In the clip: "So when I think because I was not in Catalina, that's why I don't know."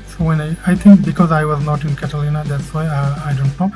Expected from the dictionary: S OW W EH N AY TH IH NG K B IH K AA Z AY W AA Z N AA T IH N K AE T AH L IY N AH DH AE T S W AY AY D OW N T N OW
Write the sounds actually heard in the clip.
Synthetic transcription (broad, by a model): S OW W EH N AY T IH NG K B IH K AA Z AY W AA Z N AA T IH N K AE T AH L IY N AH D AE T S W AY AY D OW N T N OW